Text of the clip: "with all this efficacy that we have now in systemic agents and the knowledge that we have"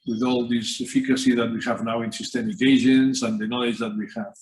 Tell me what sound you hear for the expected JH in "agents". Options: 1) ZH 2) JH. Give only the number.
1